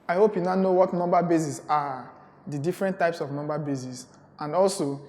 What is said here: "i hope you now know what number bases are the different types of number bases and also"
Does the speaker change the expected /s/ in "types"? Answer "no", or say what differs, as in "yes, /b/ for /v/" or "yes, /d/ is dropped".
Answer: no